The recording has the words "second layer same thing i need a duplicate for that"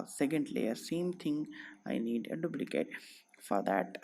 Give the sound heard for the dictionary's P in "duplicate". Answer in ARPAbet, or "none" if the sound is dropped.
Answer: B